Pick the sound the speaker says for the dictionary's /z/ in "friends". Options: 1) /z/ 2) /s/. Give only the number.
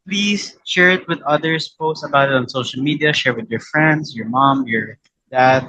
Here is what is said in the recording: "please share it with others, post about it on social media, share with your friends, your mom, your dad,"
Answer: 2